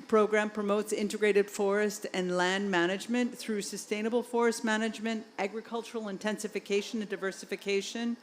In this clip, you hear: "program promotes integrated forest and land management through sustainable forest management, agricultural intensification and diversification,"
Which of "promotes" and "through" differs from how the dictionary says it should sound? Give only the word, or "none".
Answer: none